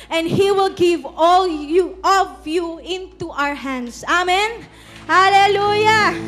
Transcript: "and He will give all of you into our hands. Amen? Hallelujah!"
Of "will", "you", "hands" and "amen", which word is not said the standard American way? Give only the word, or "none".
hands